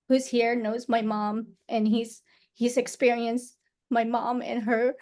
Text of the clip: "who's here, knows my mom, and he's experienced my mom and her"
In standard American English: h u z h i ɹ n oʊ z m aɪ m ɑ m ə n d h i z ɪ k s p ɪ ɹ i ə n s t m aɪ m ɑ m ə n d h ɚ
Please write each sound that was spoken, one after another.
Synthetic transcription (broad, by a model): h u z h i ɹ n oʊ z m aɪ m ɑ m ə n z h i z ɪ k s p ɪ ɹ i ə n s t m aɪ m ɑ m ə n h ɚ